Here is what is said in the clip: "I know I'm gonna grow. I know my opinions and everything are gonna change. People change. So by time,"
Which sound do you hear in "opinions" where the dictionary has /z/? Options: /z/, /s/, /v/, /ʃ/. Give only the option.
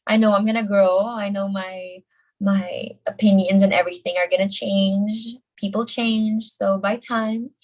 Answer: /z/